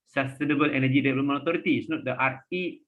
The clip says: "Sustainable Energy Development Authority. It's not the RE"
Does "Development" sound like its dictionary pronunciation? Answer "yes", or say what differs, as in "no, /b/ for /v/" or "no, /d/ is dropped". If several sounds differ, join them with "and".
no, /p/ is dropped and /t/ is dropped